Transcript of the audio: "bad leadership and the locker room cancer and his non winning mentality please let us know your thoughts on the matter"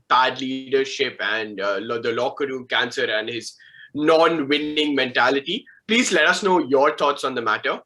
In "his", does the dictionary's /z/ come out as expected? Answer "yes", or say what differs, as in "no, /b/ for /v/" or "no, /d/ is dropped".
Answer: yes